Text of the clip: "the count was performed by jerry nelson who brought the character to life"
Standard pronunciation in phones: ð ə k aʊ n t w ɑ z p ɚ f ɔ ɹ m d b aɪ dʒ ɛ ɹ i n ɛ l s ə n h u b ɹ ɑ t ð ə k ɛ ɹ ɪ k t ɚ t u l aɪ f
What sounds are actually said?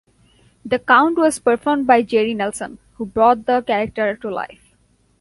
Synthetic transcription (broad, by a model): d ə k aʊ n t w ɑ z p ɚ f ɔ ɹ m d b aɪ dʒ ɛ ɹ i n ɛ l s ə n h u b ɹ ɑ t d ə k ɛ ɹ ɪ k t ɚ t u l aɪ f